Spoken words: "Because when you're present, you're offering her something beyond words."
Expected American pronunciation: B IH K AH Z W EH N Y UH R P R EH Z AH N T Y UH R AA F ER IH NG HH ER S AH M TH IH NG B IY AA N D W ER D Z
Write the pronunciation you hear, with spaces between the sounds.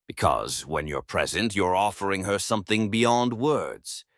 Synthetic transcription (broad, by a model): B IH K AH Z W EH N Y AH R P R EH Z AH N T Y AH R AA F ER IH NG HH ER S AH M TH IH NG B IY AA N D W ER D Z